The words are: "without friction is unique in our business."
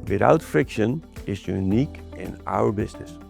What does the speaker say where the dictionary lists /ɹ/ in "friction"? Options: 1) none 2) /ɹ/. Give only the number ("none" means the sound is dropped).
2